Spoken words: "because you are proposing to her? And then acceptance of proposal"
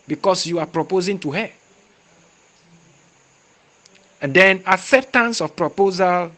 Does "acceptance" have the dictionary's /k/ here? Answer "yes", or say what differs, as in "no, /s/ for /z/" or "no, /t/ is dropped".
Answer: no, /k/ is dropped